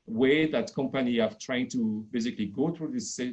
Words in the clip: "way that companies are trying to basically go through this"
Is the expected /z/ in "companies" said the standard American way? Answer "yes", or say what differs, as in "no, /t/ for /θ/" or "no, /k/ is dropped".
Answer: no, /z/ is dropped